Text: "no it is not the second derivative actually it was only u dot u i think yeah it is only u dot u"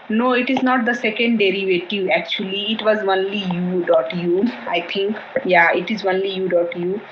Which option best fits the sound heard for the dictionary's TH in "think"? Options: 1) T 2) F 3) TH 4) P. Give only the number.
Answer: 1